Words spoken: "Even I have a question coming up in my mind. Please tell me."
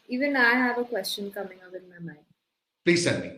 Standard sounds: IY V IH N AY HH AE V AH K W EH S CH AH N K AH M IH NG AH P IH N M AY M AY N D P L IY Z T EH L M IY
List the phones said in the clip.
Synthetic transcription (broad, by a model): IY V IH N AY HH AE V AH K W EH S CH AH N K AH M IH NG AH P IH N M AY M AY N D P L IY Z S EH N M IY